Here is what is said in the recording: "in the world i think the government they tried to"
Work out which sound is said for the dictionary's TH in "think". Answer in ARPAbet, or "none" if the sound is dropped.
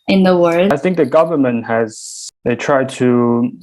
TH